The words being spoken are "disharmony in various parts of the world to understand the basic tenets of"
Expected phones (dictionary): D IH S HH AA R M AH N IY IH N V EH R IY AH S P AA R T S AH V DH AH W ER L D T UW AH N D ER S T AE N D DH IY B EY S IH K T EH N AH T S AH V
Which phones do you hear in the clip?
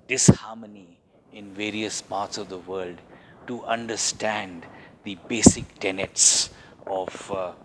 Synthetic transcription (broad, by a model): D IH S HH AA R M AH N IY IH N V EH R IY AH S P AA R T S AH V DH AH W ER L D T UW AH N D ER S T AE N D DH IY B EY S IH K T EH N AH T S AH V